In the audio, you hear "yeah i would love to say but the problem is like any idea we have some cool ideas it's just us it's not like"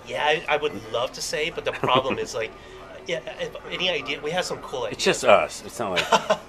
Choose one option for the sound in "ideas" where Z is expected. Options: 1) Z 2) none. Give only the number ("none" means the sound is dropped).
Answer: 2